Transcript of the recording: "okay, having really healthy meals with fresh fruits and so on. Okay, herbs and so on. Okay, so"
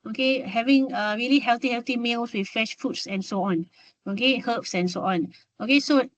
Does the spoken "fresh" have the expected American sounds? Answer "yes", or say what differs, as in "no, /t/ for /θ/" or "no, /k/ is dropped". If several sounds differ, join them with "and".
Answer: no, /ɹ/ is dropped